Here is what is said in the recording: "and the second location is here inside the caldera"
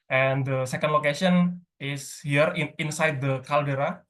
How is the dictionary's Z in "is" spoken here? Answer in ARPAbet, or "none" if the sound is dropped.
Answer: S